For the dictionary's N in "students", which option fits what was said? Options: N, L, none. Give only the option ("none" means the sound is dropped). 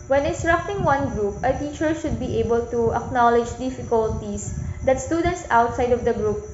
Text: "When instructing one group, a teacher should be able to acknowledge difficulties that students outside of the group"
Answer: N